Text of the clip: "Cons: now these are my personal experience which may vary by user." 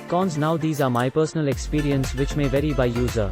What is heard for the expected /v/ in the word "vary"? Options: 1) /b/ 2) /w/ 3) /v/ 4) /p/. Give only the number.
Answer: 3